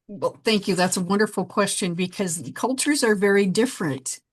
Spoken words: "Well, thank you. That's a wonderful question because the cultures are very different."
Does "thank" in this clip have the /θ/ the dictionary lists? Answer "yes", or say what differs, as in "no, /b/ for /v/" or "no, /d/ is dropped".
yes